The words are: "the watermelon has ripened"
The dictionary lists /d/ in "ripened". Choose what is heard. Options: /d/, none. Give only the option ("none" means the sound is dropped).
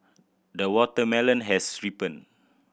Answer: none